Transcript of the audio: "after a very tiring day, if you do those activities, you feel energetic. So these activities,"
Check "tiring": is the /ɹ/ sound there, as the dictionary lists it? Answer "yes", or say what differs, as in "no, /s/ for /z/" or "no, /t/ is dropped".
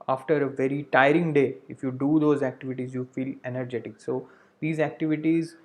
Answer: yes